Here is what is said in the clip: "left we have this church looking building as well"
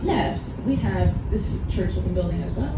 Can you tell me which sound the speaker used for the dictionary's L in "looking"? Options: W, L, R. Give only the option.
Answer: W